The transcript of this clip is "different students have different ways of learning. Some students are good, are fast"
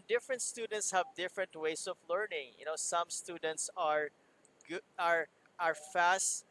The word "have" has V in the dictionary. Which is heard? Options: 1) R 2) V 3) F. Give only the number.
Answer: 2